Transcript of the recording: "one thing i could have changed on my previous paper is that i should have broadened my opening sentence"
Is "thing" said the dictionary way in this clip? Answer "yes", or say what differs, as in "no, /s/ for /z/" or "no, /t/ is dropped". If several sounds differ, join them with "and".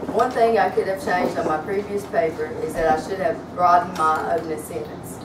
yes